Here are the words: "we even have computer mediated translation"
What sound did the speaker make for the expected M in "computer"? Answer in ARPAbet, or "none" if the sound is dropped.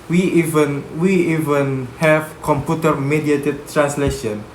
M